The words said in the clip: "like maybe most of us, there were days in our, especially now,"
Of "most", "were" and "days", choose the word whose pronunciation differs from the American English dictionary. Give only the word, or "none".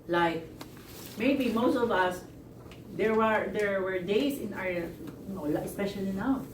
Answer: days